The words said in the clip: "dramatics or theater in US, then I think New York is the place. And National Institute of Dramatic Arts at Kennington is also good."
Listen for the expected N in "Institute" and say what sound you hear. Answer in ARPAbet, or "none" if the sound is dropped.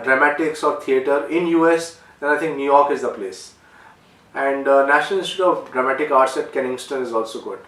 none